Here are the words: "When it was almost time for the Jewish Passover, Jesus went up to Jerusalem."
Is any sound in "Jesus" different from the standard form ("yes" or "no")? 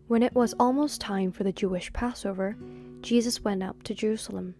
no